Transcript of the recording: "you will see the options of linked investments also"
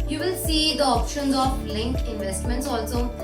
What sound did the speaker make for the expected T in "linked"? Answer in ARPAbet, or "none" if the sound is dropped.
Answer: none